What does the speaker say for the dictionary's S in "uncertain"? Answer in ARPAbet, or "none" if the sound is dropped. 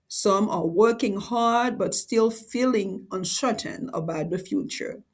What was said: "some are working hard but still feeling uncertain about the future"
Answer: SH